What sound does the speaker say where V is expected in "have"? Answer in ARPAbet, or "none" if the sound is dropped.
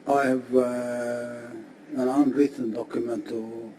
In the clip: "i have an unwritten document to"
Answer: V